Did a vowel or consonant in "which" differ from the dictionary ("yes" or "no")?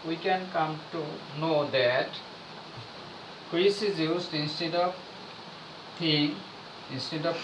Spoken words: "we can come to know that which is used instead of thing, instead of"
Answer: yes